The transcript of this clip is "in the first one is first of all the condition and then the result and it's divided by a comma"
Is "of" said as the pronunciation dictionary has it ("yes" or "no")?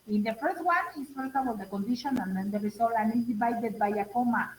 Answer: no